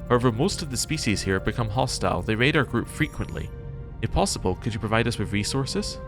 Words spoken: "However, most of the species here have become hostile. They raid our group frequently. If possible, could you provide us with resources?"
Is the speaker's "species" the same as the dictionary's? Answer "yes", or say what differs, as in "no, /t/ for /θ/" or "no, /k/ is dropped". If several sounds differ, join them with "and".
yes